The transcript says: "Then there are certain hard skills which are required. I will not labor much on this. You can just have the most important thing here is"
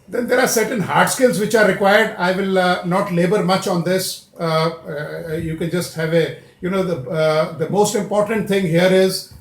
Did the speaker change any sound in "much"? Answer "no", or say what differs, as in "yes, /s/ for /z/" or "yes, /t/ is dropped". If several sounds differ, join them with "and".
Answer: no